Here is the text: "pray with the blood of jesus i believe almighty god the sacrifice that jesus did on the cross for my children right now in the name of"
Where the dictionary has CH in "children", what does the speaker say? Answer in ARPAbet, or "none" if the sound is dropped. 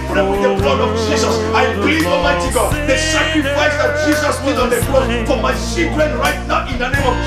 S